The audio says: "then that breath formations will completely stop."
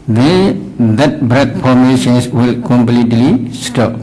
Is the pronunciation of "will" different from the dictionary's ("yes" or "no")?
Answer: no